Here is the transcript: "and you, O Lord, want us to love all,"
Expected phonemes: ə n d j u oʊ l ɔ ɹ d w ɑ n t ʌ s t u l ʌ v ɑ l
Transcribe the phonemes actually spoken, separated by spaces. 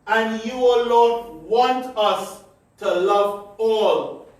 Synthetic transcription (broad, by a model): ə n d j u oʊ l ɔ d w ɑ n t ʌ s t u l ʌ v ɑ l